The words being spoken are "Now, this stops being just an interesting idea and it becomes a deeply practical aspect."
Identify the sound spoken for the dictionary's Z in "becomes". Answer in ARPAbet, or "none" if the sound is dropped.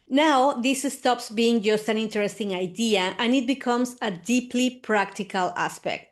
S